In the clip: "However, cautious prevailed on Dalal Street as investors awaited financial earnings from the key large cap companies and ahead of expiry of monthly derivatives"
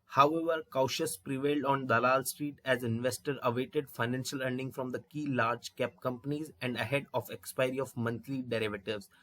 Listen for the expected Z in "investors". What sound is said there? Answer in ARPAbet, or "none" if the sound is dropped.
none